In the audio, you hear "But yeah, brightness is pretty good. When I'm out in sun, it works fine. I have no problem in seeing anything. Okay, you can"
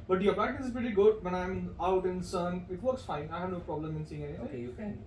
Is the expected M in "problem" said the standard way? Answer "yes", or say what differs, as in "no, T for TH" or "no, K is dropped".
yes